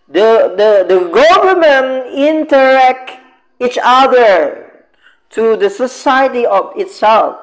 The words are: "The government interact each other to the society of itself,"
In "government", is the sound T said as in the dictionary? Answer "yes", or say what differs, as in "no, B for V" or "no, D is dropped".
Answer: no, T is dropped